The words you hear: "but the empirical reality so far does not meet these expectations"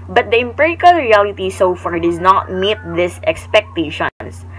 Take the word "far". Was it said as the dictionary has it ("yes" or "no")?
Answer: yes